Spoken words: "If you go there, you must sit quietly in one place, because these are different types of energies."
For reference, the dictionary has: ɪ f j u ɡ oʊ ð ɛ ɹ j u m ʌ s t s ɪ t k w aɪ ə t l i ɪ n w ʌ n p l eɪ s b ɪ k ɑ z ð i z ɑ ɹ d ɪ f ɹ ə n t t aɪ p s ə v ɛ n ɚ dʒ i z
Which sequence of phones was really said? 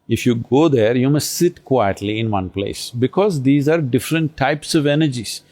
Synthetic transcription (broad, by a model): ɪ f j u ɡ oʊ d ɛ ɹ j u m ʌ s t s ɪ t k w aɪ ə t l i ɪ n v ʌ n p l eɪ s b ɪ k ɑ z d i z ɑ ɹ d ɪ f ɹ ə n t t aɪ p s ə v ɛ n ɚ dʒ i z